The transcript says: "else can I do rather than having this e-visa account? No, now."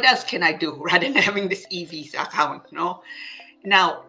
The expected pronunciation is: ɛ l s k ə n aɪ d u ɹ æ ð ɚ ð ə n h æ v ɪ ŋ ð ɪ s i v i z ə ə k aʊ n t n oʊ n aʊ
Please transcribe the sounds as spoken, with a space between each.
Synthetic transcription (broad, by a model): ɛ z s k ə n aɪ d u ɹ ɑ ɪ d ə n h æ v ɪ ŋ ð ɪ s i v i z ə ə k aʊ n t n oʊ n aʊ